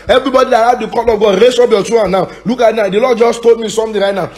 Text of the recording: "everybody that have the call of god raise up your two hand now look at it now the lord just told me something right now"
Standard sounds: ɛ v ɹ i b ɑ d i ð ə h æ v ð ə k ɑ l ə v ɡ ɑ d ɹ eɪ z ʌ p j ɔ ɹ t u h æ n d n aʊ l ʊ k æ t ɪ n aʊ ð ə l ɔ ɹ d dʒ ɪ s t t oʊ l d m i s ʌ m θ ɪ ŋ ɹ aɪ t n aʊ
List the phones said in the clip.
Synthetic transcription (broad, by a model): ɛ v ɹ i b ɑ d i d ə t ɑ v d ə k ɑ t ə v ɡ ɑ d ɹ eɪ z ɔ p j ɔ t u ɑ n n aʊ l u k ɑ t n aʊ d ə l ɔ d dʒ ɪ s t t oʊ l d m i s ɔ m t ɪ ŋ ɹ aɪ t n aʊ